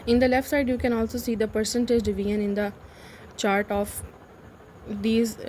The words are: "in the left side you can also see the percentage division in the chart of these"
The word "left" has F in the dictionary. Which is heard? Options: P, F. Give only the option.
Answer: F